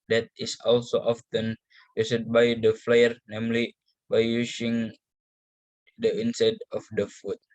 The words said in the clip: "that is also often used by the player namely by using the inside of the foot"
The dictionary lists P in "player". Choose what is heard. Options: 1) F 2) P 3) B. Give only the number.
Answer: 1